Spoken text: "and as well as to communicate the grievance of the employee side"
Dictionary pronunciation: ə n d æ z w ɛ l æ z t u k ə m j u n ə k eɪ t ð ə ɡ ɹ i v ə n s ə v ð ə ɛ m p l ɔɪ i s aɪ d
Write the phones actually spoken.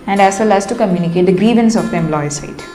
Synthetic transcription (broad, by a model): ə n d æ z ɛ l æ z t u k ə m j u n ə k eɪ t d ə ɡ ɹ i v ə n s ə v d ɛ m l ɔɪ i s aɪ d